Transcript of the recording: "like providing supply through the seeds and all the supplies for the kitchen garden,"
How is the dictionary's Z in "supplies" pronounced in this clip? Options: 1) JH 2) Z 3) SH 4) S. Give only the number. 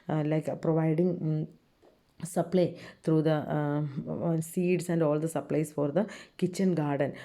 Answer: 4